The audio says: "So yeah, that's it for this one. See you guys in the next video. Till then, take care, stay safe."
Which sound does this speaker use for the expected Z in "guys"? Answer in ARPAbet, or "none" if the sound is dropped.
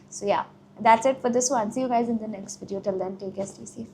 Z